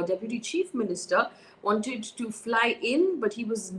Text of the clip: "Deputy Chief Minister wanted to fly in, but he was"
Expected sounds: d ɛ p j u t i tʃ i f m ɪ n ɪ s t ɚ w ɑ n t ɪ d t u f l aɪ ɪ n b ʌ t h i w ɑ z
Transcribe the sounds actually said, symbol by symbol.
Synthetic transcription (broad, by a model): d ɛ p j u t i tʃ i f m ɪ n ɪ s t ɚ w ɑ n t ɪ d t u f l aɪ ɪ n b ʌ t h i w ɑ z